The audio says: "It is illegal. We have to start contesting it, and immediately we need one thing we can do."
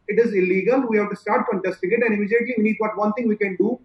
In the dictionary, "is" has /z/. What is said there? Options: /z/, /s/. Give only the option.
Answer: /z/